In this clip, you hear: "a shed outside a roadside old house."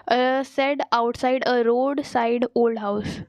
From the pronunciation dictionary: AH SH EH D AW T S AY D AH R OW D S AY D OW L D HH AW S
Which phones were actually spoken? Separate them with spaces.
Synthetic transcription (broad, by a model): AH S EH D AW T S AY D AH R OW D S AY D OW L D HH AW S